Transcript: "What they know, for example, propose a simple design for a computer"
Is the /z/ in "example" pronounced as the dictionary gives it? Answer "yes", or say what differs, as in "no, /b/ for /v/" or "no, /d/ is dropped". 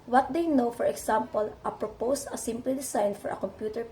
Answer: no, /s/ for /z/